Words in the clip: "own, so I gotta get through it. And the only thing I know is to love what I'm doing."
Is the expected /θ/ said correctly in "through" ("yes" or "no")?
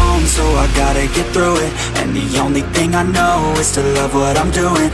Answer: yes